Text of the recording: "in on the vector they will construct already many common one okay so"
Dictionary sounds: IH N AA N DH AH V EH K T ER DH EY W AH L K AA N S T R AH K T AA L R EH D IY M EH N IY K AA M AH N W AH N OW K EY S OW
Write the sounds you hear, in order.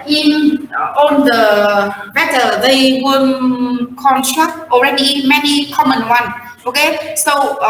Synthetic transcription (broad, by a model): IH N AA N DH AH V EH T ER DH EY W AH N K AA N S T R AH K T AA L R EH D IY M EH N IY K AA M AH N W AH N OW K EY S OW